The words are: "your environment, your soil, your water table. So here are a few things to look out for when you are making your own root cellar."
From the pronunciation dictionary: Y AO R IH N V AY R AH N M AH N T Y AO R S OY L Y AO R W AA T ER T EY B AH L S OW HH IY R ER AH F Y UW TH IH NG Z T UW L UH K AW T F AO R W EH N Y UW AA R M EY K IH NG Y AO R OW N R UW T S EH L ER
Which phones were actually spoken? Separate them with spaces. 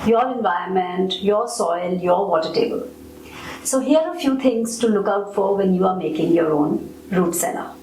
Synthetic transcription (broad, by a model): Y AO R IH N V AY AH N M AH N T Y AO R S OY L Y AO R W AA T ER T EY B AH L S OW HH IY ER AH F Y UW T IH NG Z T UW L UH K AW T F AO R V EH N Y UW AA R M EY K IH NG Y AO R OW N R UW T S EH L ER